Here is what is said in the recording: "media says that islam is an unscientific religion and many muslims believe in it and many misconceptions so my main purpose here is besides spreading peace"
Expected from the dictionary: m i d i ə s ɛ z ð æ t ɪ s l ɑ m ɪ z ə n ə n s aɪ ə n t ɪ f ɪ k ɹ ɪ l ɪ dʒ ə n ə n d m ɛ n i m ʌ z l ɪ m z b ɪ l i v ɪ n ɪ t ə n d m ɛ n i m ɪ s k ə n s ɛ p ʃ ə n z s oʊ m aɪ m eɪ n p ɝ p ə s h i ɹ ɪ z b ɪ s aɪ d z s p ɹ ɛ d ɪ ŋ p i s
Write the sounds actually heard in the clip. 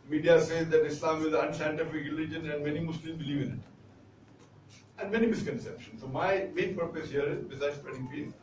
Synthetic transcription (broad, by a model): m i d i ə s ɛ z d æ t ɪ s l ɑ m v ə l ə n s aɪ ə n t ɪ f ɪ k ɹ ɪ l ɪ dʒ ə n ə n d m ɛ n i m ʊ s l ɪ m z b ɪ l i v ɪ n ɪ t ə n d m ɛ n i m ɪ s k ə n s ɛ p ʃ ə n s oʊ m aɪ m eɪ n p ɝ p ə s h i ɹ ɪ z b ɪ s aɪ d s p ɹ ɛ d ɪ ŋ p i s